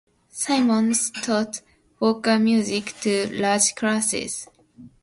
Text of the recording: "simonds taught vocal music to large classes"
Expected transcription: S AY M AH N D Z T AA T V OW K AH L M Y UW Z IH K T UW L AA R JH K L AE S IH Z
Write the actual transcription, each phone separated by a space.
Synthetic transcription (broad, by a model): S AY M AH N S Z T AA T W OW K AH M Y UW Z IH K T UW L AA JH K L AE S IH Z